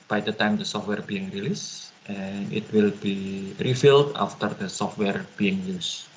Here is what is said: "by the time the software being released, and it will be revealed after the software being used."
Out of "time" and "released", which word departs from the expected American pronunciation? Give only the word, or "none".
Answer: none